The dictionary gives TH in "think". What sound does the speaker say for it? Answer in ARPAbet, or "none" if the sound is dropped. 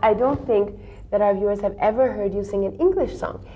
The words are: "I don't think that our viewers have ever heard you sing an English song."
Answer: TH